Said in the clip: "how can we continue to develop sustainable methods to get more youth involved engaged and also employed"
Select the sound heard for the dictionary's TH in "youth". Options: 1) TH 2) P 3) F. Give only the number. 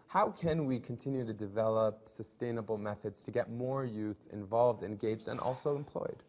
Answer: 1